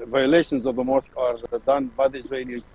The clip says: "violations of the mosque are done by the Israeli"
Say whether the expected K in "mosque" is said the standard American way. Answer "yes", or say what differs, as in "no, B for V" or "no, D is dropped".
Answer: yes